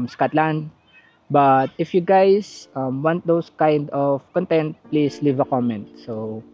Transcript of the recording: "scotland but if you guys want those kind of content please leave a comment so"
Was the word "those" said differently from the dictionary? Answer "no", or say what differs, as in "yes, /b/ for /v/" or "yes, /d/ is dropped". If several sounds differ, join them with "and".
yes, /s/ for /z/